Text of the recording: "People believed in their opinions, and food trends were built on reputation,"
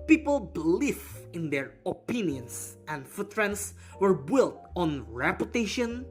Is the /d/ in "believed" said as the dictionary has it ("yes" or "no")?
no